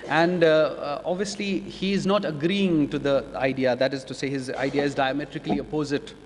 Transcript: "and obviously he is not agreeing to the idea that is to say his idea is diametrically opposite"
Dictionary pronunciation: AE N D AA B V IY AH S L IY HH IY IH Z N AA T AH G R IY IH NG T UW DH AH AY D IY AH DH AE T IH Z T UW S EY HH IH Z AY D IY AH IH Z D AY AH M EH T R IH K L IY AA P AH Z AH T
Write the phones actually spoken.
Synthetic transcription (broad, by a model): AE N D AA B V IY AH S L IY HH IY IH Z N AA T AH G R IY IH NG T UW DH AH AY D IY AH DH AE T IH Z T UW S EY HH IH Z AY D IY AH IH Z D AY AH M EH T R IH K L IY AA P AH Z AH T